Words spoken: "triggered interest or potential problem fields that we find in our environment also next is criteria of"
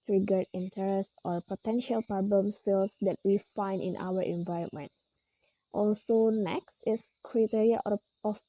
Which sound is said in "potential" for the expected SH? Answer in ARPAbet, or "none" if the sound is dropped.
SH